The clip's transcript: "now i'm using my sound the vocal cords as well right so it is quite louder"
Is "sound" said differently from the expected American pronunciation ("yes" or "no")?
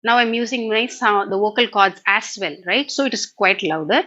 yes